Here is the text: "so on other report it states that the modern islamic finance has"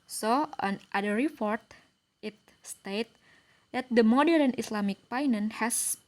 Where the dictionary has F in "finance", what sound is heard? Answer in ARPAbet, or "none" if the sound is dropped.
P